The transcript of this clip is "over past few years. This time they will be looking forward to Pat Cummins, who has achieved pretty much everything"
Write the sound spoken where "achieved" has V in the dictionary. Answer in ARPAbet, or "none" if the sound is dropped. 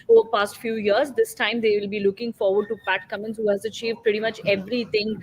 V